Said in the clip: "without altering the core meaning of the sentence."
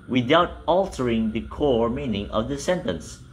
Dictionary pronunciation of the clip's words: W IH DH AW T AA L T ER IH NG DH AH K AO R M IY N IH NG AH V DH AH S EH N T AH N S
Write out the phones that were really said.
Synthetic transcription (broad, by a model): W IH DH AW T AA L T ER IH NG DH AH K AO R M IY N IH NG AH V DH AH S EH N T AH N S